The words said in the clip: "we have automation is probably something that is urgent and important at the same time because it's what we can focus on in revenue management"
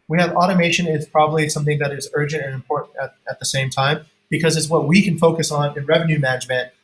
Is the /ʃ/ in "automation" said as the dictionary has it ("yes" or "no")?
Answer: yes